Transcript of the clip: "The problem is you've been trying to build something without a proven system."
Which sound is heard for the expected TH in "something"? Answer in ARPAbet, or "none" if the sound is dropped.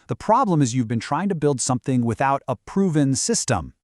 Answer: TH